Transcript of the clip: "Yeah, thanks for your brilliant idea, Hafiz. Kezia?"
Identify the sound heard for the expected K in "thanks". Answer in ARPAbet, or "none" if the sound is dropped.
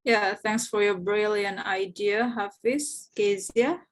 K